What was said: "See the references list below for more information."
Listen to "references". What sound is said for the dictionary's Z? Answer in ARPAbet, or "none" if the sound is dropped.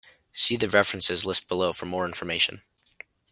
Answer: Z